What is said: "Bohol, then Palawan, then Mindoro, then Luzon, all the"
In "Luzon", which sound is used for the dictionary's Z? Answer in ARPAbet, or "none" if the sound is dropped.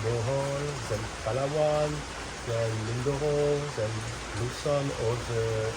S